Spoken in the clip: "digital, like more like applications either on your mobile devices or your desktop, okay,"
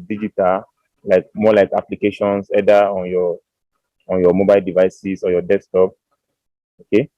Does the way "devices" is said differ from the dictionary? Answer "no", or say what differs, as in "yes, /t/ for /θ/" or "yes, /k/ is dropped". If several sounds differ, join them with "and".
yes, /s/ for /z/